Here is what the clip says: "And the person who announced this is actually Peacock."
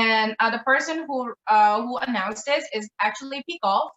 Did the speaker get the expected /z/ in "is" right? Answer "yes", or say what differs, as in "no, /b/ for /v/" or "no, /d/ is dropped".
yes